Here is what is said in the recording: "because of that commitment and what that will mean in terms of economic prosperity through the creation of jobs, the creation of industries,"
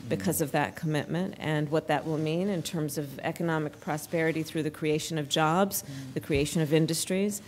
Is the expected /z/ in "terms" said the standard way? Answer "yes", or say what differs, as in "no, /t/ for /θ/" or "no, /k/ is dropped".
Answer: yes